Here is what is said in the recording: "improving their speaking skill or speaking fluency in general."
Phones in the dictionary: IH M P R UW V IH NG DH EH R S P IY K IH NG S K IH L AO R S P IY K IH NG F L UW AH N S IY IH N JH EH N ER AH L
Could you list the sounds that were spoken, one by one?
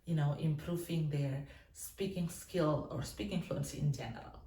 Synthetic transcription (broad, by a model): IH M P R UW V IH NG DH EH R S P IY K IH NG S K IH L AO R S P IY K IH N F L UW AH N S IY IH N JH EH N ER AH L